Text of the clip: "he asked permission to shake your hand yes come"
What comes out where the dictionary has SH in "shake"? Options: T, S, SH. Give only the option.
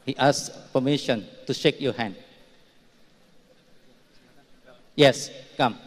SH